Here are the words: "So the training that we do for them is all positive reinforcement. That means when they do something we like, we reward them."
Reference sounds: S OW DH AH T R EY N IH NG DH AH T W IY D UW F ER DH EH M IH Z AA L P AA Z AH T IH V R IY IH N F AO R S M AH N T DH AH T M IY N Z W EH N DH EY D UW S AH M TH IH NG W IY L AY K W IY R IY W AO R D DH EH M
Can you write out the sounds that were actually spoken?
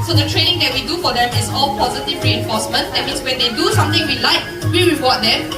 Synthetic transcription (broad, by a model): S OW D AH T R EY N IH NG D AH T W IY D UW F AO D EH M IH S AA L P AA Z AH T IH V R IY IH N F AO S M AH N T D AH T M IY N S W EH N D EY D UW S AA M T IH NG W IY L AY K W IY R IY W AO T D EH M